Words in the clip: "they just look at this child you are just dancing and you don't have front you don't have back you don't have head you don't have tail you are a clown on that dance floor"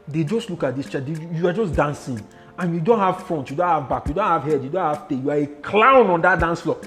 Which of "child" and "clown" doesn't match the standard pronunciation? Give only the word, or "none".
child